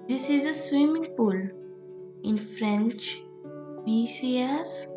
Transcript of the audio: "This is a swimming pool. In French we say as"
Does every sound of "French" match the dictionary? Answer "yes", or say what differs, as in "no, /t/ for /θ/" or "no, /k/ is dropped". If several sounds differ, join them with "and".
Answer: yes